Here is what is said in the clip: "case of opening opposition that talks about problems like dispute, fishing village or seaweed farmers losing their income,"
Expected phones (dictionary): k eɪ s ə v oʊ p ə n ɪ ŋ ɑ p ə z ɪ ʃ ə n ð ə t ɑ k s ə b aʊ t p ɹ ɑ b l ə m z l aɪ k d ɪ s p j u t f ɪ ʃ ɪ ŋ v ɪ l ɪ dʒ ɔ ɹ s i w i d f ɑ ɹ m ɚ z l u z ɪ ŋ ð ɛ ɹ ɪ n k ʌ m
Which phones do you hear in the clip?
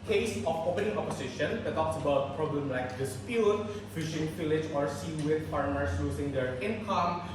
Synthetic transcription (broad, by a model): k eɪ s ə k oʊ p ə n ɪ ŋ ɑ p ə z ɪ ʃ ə n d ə t ɑ k s ə b aʊ t p ɹ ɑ b l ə m l aɪ k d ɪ s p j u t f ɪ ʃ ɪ ŋ f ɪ l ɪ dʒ ɔ ɹ s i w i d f ɑ ɹ m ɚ s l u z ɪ ŋ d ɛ ɹ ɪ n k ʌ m